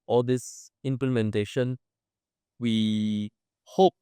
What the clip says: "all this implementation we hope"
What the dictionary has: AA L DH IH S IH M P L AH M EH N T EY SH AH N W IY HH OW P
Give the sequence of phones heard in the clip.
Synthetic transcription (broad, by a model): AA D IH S IH M P L AH M EH N T EY SH AH N W IY HH OW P